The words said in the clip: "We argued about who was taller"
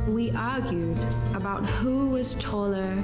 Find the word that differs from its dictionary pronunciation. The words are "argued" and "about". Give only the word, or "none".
none